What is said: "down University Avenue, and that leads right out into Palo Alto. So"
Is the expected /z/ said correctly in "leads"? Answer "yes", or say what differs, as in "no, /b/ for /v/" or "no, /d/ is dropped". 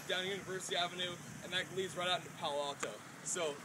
yes